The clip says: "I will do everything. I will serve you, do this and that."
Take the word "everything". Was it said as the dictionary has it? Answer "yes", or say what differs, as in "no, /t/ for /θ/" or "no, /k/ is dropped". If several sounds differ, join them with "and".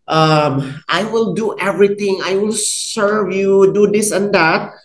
no, /t/ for /θ/